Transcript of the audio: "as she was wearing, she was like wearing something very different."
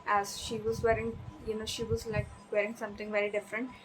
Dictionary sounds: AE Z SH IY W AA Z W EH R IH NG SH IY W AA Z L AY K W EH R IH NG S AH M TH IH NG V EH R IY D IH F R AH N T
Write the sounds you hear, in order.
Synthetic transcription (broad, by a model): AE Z SH IY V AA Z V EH R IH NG SH IY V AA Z L AY K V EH R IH NG S AH M T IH NG V EH R IY D IH F R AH N T